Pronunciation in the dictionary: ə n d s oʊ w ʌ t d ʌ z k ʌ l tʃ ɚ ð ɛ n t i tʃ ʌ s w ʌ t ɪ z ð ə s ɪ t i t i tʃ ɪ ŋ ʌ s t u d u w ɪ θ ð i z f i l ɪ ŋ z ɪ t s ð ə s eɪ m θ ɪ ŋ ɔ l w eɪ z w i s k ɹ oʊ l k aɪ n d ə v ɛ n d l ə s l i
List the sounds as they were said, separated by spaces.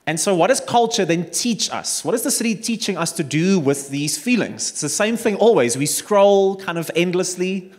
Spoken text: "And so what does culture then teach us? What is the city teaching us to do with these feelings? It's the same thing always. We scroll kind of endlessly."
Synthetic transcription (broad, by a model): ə n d s oʊ w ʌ t d ʌ z k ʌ l tʃ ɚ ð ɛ n t i tʃ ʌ s w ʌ t ɪ z ð ə s ɪ t i t i tʃ ɪ ŋ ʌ s t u d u w ɪ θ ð i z f i l ɪ ŋ z ɪ t s ð ə s eɪ m θ ɪ ŋ ɔ l w eɪ z w i s k ɹ oʊ l k aɪ n d ə v ɛ n d l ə s l i